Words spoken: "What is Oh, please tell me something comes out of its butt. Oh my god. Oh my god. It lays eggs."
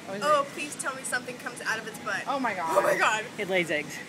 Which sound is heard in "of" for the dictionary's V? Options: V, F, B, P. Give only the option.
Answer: V